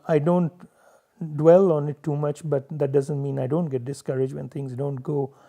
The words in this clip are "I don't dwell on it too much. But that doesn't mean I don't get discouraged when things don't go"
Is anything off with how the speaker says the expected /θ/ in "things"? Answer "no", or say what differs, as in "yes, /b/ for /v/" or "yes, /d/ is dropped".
yes, /t/ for /θ/